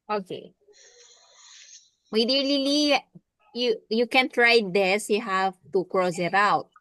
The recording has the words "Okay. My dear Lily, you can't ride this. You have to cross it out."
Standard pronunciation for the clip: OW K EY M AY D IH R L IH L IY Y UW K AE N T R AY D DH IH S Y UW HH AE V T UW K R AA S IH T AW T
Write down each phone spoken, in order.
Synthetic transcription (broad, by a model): OW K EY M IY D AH L L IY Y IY Y UW K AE N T R AY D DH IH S Y UW HH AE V T UW K R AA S IH T AW T